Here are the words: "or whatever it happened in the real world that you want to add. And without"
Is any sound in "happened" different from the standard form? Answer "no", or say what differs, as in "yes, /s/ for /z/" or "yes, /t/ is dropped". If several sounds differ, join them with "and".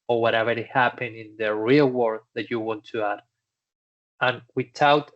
yes, /d/ is dropped